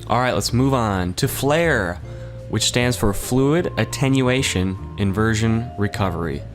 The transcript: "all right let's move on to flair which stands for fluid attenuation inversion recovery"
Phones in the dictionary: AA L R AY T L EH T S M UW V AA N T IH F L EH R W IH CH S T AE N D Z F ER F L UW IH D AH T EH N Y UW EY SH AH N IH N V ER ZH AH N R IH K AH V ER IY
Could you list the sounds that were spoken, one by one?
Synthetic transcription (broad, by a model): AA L R AY T L EH T S M UW V N T IH F L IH R W IH CH S T AE N D Z F ER F L UW IH D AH T EH N Y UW EY SH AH N IH N V ER ZH AH N R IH K AH V ER IY